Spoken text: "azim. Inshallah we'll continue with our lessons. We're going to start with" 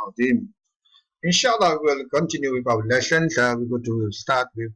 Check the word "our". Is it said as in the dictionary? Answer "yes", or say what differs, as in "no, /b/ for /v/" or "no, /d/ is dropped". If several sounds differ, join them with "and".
no, /w/ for /ɹ/